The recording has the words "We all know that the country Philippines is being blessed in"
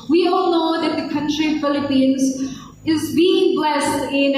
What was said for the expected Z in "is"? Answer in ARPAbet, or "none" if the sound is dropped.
Z